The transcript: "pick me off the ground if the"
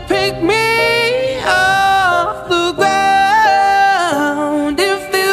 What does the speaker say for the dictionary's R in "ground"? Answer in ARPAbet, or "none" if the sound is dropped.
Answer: none